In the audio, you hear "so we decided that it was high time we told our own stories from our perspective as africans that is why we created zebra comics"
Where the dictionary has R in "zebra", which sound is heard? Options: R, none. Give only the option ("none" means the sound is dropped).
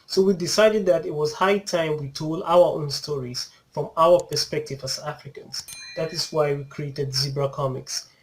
R